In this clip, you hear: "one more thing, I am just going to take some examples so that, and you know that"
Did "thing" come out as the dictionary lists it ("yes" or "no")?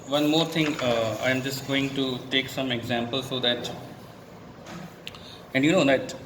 no